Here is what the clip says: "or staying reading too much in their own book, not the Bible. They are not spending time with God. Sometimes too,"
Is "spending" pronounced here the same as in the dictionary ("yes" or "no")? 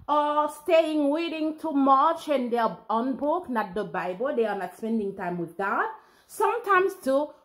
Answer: yes